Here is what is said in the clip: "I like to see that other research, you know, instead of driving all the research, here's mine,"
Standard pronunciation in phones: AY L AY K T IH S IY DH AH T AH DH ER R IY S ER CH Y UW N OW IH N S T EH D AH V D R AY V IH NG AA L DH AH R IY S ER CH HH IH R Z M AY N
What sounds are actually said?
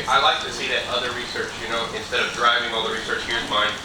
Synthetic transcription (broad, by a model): AY L AY K T IH S IY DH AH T AH DH ER R IY S ER CH Y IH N OW IH N S T EH D AH V D R AY V IH NG AA L DH AH R IY S ER CH HH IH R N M AY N